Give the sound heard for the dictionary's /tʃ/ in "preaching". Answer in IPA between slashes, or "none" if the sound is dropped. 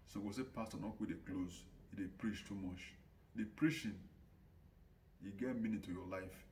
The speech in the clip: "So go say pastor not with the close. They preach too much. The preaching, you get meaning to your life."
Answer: /ʃ/